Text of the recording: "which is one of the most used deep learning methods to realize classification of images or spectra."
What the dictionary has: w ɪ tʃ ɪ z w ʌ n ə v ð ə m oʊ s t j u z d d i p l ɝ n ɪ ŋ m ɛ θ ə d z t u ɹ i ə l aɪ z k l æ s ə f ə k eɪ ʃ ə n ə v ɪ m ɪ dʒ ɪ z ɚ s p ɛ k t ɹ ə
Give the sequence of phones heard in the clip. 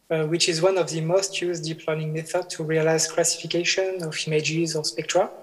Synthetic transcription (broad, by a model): w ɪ tʃ ɪ z w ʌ n ə v ð ə m oʊ s t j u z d d i p l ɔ ɪ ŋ m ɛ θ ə d t u ɹ i ə l aɪ z k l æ s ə f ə k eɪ ʃ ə n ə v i m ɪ dʒ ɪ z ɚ s p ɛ k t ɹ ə